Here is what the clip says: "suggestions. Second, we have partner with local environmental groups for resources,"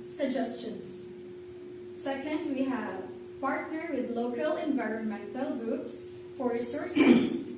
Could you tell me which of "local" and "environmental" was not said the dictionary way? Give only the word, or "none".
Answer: none